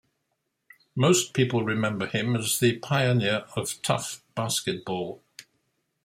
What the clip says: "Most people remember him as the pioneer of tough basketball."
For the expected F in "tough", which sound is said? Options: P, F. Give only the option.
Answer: F